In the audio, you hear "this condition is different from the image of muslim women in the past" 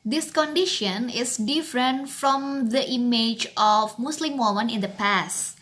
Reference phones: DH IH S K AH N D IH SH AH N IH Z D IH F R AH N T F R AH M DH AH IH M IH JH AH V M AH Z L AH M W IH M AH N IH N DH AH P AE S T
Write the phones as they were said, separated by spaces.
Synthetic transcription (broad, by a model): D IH S K AH N D IH SH AH N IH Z D IH F R AH N T F R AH M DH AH IH M IH JH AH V M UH S L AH M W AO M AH N IH N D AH P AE S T